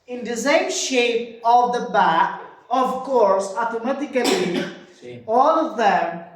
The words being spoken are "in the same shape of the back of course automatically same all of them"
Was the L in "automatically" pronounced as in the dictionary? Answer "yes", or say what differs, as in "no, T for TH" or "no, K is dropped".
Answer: no, L is dropped